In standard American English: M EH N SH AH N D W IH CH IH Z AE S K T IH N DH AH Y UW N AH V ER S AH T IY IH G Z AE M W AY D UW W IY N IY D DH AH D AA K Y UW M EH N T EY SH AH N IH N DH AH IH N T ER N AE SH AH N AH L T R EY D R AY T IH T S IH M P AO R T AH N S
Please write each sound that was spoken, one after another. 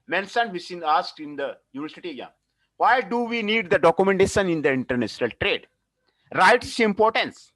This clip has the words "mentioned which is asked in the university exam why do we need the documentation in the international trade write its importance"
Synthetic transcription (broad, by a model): M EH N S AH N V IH S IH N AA S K T IH N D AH Y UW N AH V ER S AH T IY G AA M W AY D UW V IY N IY D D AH D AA K Y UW M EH N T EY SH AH N IH N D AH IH N T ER N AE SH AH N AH L T R EY D R AY T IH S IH M P AO R T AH N S